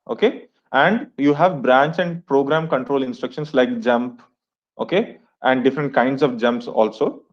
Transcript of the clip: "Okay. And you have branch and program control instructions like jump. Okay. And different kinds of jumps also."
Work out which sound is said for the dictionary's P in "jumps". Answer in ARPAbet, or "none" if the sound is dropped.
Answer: P